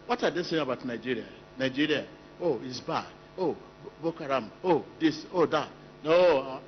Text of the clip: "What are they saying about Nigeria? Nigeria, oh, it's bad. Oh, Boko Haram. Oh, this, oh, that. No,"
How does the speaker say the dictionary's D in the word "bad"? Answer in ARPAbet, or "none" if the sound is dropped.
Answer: none